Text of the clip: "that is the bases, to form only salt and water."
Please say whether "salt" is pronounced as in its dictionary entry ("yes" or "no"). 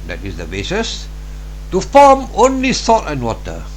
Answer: no